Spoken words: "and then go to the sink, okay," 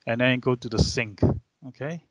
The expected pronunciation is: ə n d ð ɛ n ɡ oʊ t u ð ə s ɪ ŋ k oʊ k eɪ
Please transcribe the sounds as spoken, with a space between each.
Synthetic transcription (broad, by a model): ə n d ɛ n ɡ oʊ t u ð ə s ɪ ŋ k oʊ k eɪ